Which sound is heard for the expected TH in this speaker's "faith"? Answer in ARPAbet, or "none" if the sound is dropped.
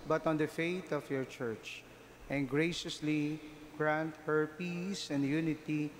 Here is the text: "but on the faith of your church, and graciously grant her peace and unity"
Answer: T